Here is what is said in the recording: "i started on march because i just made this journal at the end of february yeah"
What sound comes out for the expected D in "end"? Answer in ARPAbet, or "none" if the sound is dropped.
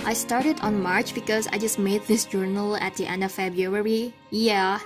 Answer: D